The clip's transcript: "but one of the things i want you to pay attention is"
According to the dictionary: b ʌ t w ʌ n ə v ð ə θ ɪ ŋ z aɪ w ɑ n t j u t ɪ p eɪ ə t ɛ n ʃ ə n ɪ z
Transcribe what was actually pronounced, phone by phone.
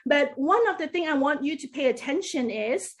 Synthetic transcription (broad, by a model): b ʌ t w ʌ n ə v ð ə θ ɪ ŋ aɪ w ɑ n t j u t ɪ p eɪ ə t ɛ n ʃ ə n ɪ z